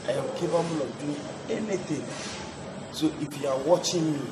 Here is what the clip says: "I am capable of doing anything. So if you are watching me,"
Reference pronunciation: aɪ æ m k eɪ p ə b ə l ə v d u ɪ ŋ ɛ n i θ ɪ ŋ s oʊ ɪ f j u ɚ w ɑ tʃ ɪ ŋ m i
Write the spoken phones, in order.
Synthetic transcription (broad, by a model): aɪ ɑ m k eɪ b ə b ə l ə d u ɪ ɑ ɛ n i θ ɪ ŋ s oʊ ɪ f j u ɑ w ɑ tʃ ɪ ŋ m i